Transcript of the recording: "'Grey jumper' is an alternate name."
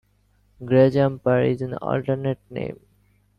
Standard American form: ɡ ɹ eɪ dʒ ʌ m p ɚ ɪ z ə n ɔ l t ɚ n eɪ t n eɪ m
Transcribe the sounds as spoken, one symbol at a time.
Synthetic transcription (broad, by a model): ɡ ɹ eɪ dʒ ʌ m p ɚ ɪ z ə n ɔ l t ɚ n eɪ t n eɪ m